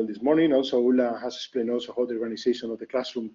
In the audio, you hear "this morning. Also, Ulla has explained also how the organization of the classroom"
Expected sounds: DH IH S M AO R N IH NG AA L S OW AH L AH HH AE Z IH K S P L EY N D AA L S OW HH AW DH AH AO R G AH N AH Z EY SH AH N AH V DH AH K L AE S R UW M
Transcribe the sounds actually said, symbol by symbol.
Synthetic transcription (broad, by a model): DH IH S M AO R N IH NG AA L S OW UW L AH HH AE S IH K S P L EY N D AA L S OW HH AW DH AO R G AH N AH S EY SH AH N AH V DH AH K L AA S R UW M